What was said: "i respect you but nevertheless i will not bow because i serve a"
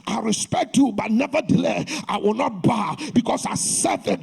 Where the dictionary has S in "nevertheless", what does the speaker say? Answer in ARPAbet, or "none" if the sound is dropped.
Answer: none